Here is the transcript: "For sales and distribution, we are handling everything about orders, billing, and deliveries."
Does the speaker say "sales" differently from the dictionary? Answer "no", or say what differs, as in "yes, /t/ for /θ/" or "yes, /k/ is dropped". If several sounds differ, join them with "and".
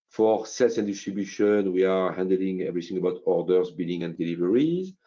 yes, /s/ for /z/